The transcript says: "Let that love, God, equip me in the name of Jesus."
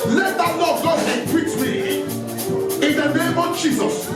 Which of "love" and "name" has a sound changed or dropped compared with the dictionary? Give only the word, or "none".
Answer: love